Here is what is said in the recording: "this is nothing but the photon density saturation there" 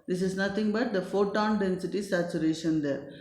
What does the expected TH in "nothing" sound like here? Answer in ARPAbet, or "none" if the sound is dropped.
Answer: T